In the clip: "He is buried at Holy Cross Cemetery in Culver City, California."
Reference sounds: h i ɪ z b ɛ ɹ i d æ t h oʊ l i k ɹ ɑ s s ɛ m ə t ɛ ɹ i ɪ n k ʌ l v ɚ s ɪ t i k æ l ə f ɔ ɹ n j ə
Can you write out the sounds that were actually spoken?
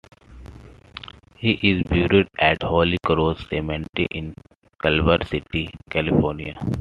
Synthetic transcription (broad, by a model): h i ɪ z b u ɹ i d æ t h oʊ l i k ɹ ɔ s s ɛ m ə t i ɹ ɪ n k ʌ l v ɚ s ɪ t i k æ l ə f ɔ ɹ n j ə